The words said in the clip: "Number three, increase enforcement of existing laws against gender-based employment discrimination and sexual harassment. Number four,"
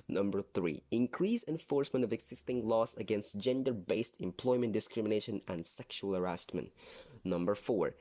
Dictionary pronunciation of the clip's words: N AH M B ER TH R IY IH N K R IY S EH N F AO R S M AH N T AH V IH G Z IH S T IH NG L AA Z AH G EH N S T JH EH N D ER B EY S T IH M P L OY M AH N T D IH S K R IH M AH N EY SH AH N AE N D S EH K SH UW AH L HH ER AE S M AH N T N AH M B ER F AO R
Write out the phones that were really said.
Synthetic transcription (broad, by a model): N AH M B ER TH R IY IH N K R IY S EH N F AO R S M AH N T AH V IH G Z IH S T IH NG L AA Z AH G EH N S T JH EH N D ER B EY S T IH M P L OY M AH N T D IH S K R IH M AH N EY SH AH N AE N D S EH K SH UW AH L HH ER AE S M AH N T N AH M B ER F AO R